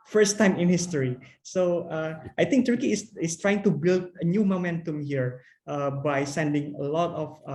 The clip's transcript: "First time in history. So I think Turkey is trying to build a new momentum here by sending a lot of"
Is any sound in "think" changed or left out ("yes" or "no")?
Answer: yes